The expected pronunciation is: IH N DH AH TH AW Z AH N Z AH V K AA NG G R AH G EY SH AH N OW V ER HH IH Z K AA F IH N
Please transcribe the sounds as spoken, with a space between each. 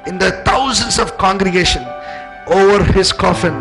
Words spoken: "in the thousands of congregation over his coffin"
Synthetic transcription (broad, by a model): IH N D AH T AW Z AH N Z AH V K AA NG G R AH G EY SH AH N OW V ER HH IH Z K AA F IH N